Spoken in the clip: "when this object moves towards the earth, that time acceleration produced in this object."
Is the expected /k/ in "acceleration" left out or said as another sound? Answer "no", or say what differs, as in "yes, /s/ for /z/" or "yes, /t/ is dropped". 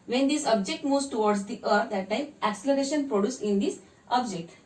no